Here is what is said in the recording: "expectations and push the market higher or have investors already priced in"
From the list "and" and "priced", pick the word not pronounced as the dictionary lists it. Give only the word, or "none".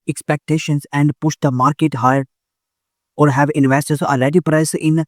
priced